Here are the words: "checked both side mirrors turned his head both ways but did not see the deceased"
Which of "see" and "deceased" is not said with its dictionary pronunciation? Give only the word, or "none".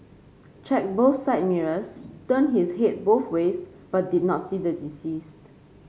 none